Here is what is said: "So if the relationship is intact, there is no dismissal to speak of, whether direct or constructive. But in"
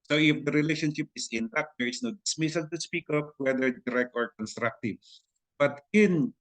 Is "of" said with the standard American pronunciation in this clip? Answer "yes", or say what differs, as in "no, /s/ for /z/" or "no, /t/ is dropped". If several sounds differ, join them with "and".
no, /p/ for /v/